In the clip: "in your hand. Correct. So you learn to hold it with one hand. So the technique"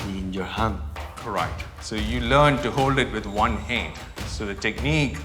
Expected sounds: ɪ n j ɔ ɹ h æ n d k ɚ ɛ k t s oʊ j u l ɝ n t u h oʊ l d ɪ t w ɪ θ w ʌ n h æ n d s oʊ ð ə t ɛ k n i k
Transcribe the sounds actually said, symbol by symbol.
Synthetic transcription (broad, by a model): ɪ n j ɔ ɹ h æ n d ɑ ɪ t s oʊ j u l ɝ n t u h oʊ l d ɪ t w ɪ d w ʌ n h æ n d s oʊ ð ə t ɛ k n i k